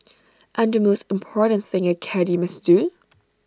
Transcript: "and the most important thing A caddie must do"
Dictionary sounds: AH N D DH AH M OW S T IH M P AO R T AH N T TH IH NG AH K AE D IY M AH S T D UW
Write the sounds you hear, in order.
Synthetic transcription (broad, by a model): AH N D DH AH M OW S T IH M P AO R T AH N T TH IH NG AH K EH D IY M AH S D UW